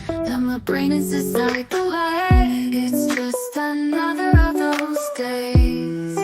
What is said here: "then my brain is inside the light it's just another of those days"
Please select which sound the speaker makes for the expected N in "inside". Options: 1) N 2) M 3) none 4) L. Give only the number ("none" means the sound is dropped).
3